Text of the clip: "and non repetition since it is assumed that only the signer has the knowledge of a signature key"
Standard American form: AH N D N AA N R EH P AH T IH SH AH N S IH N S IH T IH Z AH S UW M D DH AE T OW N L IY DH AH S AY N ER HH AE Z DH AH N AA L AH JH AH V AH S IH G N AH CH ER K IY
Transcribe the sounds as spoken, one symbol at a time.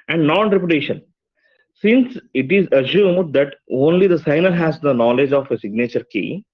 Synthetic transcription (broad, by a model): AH N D N AA N R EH P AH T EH SH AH N S IH N S IH T IH Z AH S UW M D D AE T OW N L IY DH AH S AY N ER HH AE Z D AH N AA L AH JH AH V AH S IH G N AH CH ER K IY